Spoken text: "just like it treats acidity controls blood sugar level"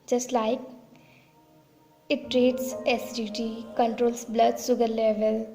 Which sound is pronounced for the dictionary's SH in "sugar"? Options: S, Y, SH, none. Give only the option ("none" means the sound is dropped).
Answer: S